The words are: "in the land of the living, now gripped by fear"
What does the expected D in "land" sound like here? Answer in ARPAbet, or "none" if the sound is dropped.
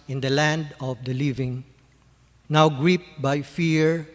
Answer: D